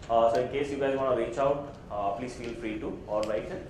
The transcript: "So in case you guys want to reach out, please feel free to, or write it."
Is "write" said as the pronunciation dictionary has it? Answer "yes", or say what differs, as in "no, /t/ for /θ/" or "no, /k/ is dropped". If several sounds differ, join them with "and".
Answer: no, /l/ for /ɹ/